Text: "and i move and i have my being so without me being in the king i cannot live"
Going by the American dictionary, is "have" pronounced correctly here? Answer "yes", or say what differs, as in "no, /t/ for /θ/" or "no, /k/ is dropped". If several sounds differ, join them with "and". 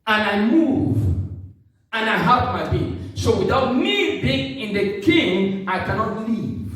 no, /p/ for /v/